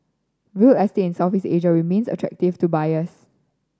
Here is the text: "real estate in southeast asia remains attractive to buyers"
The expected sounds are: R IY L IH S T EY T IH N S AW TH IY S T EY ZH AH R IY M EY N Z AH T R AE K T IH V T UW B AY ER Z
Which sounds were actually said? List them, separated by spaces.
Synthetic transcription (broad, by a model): W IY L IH S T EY IH N S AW F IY S EY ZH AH R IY M EY N S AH T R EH K T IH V T UW B AY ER S